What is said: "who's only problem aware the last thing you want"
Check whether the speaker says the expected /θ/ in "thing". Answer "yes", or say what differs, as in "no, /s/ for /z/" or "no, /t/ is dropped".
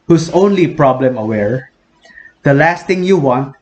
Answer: no, /t/ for /θ/